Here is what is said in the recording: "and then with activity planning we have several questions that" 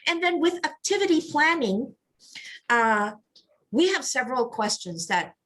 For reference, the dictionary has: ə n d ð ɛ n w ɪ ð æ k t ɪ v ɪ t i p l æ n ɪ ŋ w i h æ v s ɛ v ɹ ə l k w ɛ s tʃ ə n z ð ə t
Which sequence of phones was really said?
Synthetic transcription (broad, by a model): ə n ð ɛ n w ɪ ð æ k t ɪ v ɪ t i p l æ n ɪ ŋ w i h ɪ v s ɛ v ɹ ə l k w ɛ s tʃ ə n z ð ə t